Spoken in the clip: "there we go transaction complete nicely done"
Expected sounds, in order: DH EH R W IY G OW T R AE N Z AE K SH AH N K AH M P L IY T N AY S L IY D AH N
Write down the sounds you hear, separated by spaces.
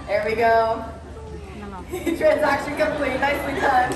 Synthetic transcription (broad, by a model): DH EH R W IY G OW T R AE N Z AE K SH AH N K AH M P L IY T N AY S W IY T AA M